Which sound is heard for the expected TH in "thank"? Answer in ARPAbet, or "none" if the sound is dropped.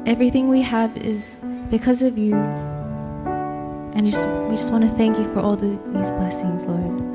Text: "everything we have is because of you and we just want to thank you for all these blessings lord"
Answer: TH